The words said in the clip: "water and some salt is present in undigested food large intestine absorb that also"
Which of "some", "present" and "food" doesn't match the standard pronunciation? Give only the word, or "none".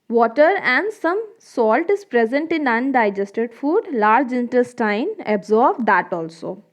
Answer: none